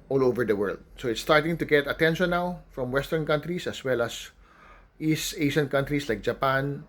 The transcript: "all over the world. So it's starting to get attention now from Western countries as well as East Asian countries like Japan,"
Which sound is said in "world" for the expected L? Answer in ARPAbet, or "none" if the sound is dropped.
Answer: L